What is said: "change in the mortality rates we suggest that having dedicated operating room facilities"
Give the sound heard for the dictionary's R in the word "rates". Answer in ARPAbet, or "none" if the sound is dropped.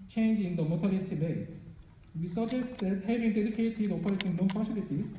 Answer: L